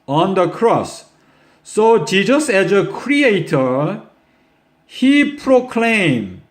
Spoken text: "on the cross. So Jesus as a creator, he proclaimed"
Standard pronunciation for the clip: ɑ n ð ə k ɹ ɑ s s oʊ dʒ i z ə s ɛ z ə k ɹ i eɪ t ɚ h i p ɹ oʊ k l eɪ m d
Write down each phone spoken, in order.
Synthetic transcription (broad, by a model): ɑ n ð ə k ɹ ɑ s s oʊ dʒ i z ə s ɛ z ə k ɹ i eɪ t ɚ h i p ɹ oʊ k l eɪ m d